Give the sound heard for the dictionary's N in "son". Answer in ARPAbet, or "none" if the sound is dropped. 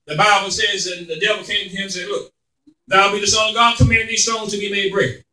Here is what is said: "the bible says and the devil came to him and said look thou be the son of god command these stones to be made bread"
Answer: none